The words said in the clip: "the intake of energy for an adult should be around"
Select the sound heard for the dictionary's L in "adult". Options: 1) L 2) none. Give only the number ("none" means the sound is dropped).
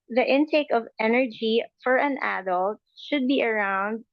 1